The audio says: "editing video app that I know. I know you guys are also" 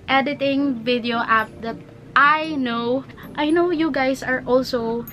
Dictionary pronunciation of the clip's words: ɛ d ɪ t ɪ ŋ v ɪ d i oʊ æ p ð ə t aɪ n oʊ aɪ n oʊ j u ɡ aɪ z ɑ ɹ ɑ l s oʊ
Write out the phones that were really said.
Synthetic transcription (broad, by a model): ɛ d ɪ t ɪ ŋ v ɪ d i oʊ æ p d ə t aɪ n oʊ aɪ n oʊ j u ɡ aɪ s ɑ ɹ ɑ l s oʊ